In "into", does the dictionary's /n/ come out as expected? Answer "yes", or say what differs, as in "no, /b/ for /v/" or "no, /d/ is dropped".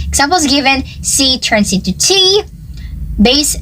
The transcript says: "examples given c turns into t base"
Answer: no, /n/ is dropped